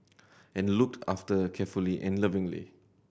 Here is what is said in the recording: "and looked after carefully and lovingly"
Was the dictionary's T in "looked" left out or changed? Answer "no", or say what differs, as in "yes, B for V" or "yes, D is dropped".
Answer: no